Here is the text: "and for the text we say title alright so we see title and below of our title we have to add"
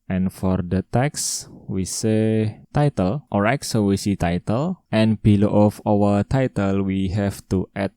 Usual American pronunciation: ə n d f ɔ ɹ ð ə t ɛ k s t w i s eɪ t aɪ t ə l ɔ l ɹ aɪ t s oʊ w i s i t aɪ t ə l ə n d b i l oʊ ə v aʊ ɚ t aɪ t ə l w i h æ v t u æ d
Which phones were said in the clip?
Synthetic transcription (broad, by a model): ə n f ɔ ɹ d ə t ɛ k s w i s eɪ t aɪ t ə l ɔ ɹ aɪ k s oʊ w i s i t aɪ t ə l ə n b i l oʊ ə f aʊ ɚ t aɪ t ə l w i h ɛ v t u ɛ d